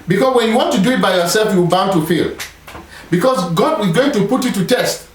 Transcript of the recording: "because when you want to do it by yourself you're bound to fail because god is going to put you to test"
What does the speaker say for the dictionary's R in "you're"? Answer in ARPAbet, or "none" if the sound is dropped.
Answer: W